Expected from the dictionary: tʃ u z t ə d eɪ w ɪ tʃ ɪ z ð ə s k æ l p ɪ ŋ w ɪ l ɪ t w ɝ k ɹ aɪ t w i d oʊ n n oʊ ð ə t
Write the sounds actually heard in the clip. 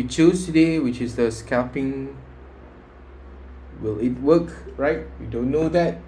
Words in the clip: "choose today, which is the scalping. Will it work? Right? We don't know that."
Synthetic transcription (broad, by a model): tʃ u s t ə d eɪ w ɪ tʃ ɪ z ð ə s k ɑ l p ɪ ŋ w ɪ l ɪ t w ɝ k ɹ aɪ t w i d oʊ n n oʊ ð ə t